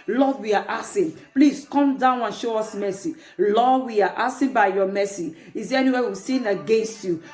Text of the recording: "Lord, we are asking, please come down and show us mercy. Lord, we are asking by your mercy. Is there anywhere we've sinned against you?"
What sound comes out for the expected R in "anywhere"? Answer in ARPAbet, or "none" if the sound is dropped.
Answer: W